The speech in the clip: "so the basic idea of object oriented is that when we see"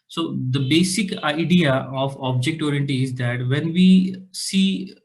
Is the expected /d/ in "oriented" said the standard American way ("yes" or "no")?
no